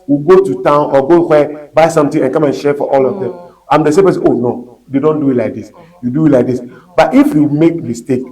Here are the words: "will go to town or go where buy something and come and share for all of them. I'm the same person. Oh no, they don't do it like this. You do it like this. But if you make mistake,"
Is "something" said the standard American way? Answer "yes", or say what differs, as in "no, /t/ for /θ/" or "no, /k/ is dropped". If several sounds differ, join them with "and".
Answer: no, /t/ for /θ/